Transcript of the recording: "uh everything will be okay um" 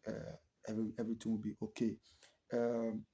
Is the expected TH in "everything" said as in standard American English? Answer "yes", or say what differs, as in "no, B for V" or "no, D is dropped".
no, T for TH